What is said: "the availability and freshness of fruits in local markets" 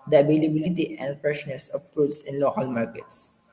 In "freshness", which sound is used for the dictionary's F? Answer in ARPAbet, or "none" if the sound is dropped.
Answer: P